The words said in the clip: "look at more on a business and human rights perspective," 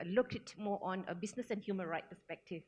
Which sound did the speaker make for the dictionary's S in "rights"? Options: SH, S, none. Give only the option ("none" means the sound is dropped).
none